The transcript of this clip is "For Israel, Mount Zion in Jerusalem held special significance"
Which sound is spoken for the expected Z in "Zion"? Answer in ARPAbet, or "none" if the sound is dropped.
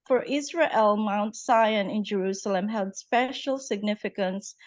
S